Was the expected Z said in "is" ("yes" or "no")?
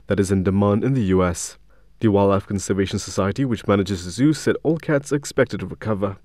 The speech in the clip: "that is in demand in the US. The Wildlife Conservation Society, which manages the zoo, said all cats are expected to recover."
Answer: yes